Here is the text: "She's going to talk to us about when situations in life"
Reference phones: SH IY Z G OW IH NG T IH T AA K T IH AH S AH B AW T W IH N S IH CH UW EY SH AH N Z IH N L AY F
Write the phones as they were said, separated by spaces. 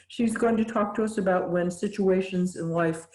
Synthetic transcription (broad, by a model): SH IY Z G OW IH NG T IH T AA K T IH AH S AH B AW T W IH N S IH CH UW EY SH AH N Z IH N L AY F